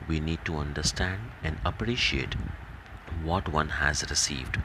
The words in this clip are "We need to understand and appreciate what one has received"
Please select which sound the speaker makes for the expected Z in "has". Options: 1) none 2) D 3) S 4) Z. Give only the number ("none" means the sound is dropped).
4